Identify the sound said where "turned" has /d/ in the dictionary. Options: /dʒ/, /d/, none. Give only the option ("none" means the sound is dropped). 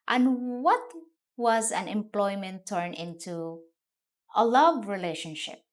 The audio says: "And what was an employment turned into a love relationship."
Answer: none